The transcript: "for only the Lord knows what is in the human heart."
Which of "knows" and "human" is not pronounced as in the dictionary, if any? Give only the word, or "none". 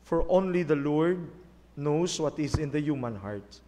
knows